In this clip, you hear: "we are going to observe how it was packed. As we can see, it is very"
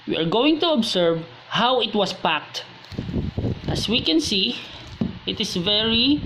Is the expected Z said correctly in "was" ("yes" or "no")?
no